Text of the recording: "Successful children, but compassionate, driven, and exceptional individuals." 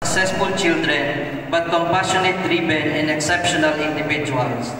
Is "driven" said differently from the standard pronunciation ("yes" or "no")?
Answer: yes